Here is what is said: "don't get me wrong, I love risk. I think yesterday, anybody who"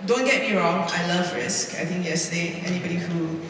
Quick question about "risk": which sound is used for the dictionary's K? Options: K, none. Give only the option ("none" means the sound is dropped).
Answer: K